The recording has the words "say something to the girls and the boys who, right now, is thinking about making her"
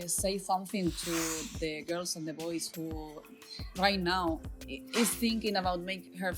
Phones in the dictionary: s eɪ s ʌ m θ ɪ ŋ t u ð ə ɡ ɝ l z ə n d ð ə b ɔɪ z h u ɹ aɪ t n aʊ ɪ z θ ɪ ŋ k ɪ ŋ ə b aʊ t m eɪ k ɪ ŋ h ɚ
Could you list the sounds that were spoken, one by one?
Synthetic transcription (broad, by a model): s eɪ s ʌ m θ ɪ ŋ t u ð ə ɡ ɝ l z ə n d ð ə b ɔɪ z h u ɹ aɪ t n aʊ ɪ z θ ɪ ŋ k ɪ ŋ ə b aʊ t m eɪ ɪ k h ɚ